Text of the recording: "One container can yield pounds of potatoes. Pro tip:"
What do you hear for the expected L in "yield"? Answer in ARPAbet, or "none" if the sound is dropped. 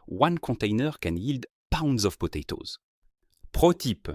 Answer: L